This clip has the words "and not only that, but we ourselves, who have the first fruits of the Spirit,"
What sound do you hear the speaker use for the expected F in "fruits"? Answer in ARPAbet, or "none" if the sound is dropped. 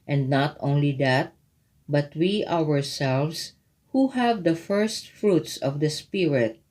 F